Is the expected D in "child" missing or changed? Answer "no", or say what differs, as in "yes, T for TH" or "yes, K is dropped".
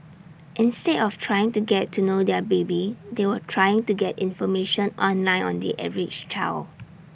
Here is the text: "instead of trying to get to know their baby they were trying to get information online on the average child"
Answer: yes, D is dropped